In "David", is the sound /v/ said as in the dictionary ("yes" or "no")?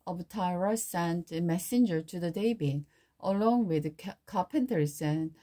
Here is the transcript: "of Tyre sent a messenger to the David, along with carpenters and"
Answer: no